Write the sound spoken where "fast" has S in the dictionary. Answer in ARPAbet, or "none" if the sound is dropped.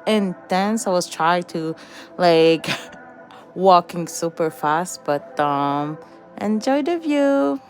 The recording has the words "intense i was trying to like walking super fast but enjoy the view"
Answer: S